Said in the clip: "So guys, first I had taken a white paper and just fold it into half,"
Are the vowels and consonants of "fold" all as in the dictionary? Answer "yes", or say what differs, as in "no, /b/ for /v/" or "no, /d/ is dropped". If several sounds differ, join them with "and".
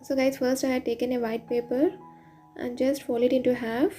no, /d/ is dropped